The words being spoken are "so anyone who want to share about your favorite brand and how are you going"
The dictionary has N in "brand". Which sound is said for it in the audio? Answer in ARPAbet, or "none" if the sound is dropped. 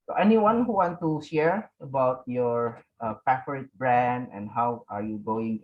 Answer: N